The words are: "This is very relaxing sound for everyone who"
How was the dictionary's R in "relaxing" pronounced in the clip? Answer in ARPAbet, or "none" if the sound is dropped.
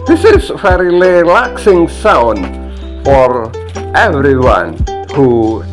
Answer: L